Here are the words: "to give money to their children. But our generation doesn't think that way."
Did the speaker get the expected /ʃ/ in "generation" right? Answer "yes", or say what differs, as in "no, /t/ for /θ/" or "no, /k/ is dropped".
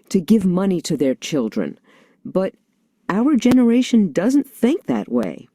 yes